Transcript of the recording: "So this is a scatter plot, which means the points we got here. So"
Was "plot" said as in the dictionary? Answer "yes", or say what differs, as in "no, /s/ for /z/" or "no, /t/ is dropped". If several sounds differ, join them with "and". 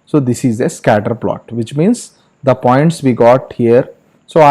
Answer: yes